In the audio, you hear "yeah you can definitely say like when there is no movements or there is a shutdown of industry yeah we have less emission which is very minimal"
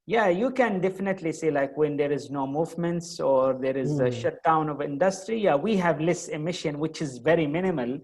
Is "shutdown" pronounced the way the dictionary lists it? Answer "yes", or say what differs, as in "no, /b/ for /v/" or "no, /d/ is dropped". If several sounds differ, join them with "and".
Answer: yes